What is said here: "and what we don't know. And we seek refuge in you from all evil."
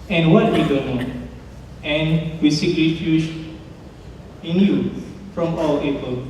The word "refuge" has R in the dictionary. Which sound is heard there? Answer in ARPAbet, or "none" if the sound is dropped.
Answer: L